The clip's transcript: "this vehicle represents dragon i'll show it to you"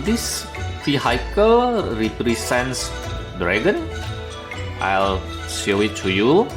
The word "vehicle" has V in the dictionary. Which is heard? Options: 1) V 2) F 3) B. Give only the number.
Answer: 2